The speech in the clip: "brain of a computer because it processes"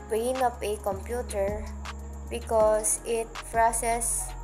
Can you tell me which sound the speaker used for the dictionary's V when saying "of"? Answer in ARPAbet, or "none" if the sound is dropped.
P